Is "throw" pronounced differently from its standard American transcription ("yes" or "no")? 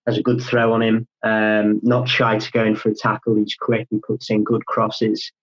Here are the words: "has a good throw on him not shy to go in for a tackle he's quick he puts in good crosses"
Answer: no